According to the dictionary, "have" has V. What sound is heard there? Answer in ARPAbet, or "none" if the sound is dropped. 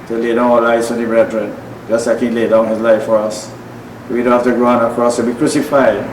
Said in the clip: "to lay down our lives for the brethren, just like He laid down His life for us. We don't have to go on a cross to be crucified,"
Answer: F